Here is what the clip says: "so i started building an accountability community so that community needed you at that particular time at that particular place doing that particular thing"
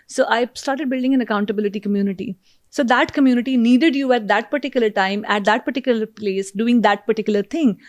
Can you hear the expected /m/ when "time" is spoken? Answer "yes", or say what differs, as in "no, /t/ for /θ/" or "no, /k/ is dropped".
yes